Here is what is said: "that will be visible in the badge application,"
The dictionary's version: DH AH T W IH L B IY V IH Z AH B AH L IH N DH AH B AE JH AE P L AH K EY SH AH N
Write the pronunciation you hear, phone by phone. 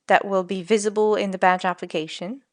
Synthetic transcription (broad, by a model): DH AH T W IH L B IY V IH Z AH B AH L IH N DH AH B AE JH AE P L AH K EY SH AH N